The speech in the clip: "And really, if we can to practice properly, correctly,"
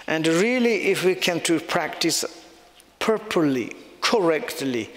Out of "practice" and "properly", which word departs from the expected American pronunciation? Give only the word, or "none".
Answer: properly